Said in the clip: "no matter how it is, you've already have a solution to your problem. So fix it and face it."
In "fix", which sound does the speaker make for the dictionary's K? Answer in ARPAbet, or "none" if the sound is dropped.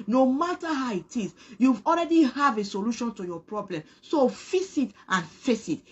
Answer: none